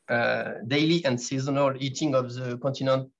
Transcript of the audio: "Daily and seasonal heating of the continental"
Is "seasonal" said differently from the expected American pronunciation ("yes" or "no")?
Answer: no